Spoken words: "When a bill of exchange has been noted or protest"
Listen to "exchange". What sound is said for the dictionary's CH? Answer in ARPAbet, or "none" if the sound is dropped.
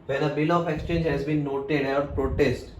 CH